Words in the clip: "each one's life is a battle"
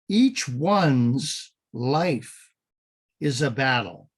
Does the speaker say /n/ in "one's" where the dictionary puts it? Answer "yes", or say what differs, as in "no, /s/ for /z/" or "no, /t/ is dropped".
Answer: yes